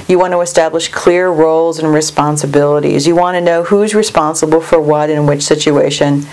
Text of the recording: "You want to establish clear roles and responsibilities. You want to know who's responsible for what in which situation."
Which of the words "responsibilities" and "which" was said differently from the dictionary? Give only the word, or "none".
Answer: none